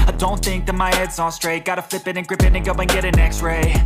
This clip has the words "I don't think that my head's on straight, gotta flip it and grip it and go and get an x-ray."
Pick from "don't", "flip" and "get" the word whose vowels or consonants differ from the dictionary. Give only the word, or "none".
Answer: none